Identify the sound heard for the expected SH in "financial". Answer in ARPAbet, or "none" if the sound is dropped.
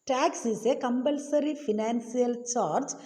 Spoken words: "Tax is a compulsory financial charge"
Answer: S